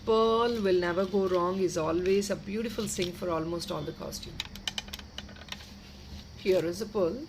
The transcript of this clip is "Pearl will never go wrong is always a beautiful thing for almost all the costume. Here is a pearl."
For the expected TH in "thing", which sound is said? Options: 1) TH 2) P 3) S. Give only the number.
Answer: 3